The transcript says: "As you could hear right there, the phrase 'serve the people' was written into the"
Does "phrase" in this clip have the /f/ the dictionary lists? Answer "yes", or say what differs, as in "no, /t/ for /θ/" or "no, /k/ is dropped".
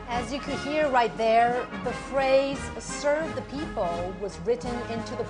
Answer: yes